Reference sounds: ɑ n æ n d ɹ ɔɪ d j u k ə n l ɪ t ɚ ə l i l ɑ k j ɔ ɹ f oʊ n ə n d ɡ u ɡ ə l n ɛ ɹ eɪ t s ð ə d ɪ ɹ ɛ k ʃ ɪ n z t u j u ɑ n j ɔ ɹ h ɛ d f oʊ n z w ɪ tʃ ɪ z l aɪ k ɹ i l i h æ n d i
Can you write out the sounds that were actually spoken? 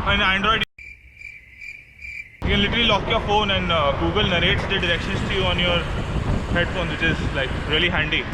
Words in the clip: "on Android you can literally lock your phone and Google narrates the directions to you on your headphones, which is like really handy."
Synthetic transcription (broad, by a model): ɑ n æ n d ɹ ɔɪ d j u k ə n l ɪ t ɚ ə l i l ɑ k j ɔ ɹ f oʊ n ə n d ɡ u ɡ ə l n ɛ ɹ eɪ t s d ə d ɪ ɹ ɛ k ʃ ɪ n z t u j u ɑ n j ɔ ɹ h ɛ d f oʊ n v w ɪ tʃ ɪ z l aɪ k ɹ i l i h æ n d i